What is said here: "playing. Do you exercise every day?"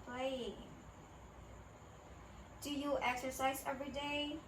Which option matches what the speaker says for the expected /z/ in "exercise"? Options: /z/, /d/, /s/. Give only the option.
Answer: /z/